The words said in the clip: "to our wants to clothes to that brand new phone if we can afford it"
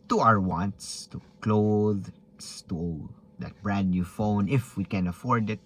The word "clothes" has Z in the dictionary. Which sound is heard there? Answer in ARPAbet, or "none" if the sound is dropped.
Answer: S